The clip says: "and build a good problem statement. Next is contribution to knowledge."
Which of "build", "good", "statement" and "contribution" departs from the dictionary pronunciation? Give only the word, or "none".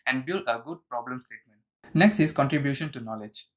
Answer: none